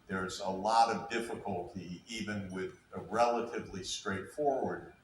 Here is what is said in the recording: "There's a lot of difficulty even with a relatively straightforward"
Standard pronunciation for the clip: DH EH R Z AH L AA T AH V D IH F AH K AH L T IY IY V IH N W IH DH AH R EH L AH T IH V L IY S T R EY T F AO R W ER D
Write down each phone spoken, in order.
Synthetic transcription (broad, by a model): DH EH R Z AH L AA T AH V D IH F AH K AH L T IY IY V IH N W IH DH AH R EH L AH T IH V L IY S T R EY T F AO R W ER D